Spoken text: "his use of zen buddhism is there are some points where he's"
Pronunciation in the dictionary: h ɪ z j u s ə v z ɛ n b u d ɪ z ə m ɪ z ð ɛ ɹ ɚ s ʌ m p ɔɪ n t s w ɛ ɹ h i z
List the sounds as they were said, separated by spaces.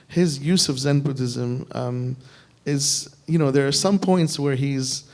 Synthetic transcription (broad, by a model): h ɪ z j u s ə v z ɛ n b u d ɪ z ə m ɪ z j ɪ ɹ ɚ s ʌ m p ɔɪ n t s w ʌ ɹ h i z